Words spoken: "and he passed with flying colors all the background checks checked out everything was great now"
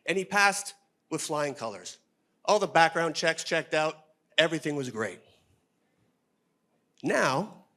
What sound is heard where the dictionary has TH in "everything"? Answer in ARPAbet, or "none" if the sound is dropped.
TH